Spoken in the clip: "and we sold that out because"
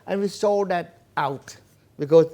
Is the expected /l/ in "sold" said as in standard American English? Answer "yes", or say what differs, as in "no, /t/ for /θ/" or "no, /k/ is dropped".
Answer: no, /l/ is dropped